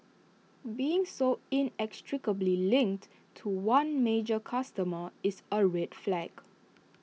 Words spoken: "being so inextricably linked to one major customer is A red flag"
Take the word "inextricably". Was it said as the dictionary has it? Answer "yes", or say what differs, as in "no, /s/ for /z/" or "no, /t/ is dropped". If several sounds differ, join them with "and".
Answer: yes